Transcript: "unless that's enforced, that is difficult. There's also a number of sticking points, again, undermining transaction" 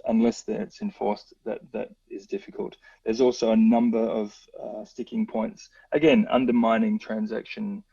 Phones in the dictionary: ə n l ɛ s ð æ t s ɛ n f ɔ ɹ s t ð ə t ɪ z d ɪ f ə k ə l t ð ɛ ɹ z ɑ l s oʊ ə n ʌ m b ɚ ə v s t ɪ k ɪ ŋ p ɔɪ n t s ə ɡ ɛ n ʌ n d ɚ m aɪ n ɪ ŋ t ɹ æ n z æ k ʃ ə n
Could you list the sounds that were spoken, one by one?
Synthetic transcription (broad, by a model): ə n l ɛ s ð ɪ t s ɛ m f ɔ ɹ s t ð ə t ɪ z d ɪ f ə k ə l t ð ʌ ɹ z ɑ l s oʊ ə n ʌ m b ɚ ə v s t ɪ k ɪ ŋ p ɔɪ n t s ə ɡ ɛ n ʌ n d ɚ m aɪ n ɪ ŋ t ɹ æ n z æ k ʃ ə n